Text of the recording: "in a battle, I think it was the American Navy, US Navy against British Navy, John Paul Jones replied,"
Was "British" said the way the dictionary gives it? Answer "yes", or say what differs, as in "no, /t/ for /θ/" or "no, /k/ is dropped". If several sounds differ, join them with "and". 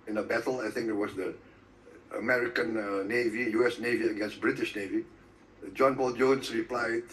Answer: yes